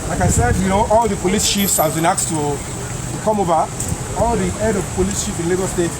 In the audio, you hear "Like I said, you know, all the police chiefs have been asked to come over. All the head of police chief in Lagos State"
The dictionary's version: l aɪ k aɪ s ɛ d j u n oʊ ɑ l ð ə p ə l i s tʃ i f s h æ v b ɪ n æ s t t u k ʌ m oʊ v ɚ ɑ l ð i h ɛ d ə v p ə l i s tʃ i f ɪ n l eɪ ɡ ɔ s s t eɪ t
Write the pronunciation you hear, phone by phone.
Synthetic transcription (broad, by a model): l aɪ k aɪ s ɛ d j u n oʊ ɑ l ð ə p ə l i s ʃ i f s h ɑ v b ɪ n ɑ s t t u k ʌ m oʊ v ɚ ɑ l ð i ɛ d ə v p ə l i s ʃ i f ɪ n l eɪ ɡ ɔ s s t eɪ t